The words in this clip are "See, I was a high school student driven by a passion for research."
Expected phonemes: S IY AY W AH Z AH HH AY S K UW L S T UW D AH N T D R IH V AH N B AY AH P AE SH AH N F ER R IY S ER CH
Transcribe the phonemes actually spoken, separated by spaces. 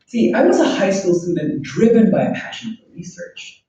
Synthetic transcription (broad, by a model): S IY AY W AH Z AH HH AY S K UW L S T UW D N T D R IH V AH N B AY AH P AE SH AH N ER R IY S ER CH